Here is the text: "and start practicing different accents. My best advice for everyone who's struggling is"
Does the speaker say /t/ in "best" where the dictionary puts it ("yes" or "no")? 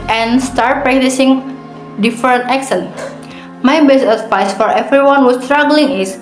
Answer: no